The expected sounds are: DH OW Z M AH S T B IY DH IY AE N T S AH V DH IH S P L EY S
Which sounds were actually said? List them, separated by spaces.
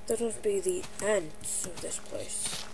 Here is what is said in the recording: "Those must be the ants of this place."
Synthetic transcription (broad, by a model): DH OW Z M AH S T B IY DH IY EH N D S AH V DH IH S P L EY S